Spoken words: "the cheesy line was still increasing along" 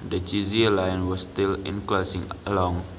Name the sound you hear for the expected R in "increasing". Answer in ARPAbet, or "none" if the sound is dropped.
L